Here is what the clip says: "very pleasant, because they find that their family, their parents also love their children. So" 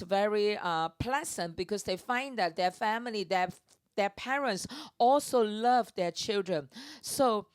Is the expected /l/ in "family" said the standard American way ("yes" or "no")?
yes